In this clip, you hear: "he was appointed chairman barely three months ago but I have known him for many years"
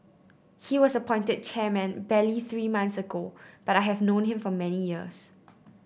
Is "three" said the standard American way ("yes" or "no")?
yes